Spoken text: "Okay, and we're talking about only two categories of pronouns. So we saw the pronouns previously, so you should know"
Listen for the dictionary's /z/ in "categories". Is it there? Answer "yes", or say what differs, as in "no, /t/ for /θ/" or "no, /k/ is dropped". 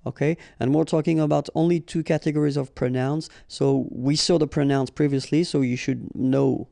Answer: yes